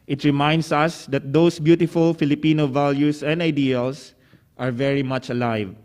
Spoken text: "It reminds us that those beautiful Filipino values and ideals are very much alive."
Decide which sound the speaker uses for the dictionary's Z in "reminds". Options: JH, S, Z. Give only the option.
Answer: S